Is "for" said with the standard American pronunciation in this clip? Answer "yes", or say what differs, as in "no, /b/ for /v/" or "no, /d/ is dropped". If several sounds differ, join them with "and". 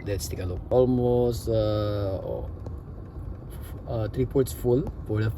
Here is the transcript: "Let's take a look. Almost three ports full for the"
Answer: no, /p/ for /f/